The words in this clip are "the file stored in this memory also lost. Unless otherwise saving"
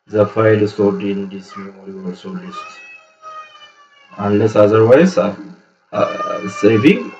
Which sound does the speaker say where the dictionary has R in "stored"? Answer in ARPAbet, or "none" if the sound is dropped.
W